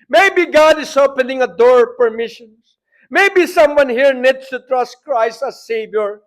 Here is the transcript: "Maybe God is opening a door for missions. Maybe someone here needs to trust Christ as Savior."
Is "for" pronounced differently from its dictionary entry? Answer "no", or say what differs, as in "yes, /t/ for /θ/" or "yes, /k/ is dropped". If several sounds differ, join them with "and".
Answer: yes, /p/ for /f/